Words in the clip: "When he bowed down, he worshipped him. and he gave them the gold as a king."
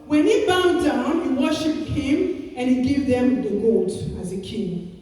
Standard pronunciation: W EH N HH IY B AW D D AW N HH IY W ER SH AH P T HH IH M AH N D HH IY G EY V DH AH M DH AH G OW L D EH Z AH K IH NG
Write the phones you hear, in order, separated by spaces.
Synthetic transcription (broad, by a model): W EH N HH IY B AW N D AW N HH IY W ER SH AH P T HH IH M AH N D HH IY G EY V DH AH M DH AH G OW D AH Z AH K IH NG